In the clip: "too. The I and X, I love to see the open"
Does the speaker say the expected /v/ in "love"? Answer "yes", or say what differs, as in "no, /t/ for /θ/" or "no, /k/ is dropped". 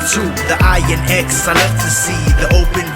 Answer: no, /f/ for /v/